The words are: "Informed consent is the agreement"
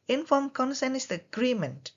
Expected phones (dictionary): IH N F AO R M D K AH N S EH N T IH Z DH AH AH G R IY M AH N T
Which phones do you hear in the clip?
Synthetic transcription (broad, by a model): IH N F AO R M K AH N S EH N IH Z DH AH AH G R IY M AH N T